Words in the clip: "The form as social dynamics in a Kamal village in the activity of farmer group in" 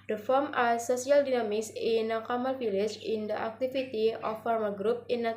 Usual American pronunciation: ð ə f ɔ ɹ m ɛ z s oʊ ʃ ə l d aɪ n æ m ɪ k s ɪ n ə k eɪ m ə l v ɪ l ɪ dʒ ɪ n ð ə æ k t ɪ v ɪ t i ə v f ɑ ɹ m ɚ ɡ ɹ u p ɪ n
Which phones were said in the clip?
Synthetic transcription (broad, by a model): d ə f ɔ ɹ m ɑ s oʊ s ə l d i n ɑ m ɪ k s ɪ n ə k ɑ m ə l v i l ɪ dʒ ɪ n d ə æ k t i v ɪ t i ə f ɑ ɹ m ɚ ɡ ɹ u p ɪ n